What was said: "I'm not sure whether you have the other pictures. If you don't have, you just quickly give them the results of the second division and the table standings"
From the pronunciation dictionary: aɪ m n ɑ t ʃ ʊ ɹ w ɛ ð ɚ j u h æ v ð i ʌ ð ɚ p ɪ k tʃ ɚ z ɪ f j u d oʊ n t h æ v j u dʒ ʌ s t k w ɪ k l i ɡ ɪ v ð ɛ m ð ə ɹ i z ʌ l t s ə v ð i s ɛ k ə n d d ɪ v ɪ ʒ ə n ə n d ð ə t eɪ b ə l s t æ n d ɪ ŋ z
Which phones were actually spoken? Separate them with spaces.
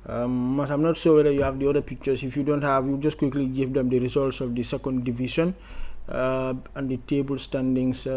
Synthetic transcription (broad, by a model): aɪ m n ɑ t s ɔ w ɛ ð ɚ j u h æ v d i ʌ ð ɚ p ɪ k tʃ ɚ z ɪ f j u d oʊ n t h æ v j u dʒ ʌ s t k w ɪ k l i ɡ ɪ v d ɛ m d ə ɹ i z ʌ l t s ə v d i s ɛ k ə n d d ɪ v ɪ ʃ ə n ə n d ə t eɪ b ə l s t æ n d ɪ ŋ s